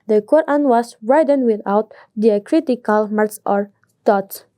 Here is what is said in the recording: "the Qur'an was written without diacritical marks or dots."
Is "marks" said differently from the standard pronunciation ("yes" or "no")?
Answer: yes